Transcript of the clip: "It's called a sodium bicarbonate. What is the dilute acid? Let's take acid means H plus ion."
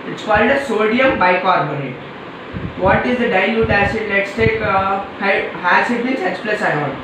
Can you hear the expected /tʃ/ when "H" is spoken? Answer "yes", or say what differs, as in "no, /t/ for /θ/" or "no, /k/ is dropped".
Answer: no, /s/ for /tʃ/